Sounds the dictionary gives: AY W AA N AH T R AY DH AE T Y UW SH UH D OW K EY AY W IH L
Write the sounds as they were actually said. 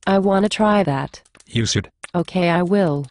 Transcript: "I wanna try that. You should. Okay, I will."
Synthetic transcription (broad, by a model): AY W AA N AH T R AY DH AE T Y UW S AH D OW K EY AY W IH L